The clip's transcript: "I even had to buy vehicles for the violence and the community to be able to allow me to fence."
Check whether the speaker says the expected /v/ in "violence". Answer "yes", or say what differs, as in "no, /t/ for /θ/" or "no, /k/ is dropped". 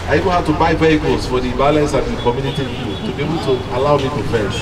no, /b/ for /v/